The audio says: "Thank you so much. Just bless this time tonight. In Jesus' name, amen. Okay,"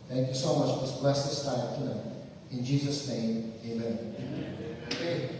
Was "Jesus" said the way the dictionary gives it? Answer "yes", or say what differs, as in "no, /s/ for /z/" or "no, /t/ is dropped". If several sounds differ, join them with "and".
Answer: yes